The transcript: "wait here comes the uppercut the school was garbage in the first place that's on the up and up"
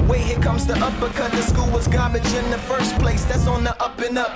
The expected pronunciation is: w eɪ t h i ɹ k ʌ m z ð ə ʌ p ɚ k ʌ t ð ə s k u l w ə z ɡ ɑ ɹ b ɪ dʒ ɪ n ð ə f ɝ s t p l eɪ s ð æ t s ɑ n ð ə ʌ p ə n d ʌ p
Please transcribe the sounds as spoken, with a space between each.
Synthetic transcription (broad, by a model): w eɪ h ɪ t k ʌ m z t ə ʌ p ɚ k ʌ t ð ə s k u l w ə z ɡ ɑ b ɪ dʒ ɪ n ð ə f ɝ s p l eɪ s ð æ t s n ð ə ʌ p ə n ʌ p